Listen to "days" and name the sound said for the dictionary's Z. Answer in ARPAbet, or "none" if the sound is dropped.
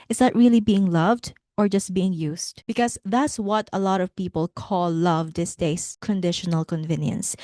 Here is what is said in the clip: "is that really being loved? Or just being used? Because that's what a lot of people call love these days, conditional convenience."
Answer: S